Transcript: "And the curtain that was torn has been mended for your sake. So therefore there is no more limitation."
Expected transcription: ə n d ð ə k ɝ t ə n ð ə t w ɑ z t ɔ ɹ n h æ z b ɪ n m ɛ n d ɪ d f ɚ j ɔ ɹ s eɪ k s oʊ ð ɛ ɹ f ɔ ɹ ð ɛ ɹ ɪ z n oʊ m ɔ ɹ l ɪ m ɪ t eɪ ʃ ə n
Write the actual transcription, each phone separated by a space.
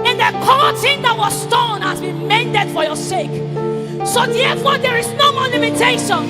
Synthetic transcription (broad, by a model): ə n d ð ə k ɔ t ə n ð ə t w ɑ s t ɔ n h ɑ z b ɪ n m ɛ n d ɪ d f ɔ j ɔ s eɪ k s oʊ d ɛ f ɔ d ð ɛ ɹ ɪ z n oʊ m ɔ l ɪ m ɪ t eɪ ʃ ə n